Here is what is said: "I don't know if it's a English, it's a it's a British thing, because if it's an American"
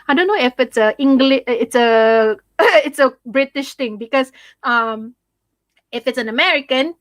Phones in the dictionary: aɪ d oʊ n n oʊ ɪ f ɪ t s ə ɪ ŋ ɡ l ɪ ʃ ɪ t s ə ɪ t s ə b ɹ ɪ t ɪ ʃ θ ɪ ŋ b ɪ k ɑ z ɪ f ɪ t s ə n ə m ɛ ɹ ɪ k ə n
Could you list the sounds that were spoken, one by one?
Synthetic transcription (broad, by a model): aɪ d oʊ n n oʊ ɪ f ɪ t s ə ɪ ŋ ɡ l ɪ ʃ ɪ t s ə ɪ t s ə b ɹ ɪ t ɪ ʃ t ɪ ŋ b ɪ k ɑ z ɪ f ɪ t s ə n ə m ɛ ɹ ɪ k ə n